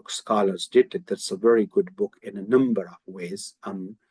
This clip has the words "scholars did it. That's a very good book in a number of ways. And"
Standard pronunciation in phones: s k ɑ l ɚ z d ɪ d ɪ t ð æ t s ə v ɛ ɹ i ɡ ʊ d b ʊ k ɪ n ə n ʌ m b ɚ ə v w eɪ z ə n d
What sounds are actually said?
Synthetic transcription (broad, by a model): s k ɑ l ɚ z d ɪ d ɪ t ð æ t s ə v ɛ ɹ i ɡ ʊ d b ʊ k ɪ n ə n ʌ m b ɚ ə v w eɪ ə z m